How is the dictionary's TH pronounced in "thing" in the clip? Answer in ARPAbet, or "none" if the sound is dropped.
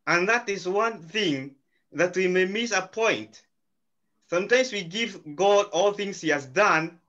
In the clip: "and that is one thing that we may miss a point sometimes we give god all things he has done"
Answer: TH